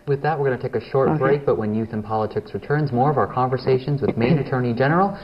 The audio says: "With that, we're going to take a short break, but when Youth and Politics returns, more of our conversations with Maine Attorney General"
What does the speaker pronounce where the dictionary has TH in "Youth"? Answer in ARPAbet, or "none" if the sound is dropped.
TH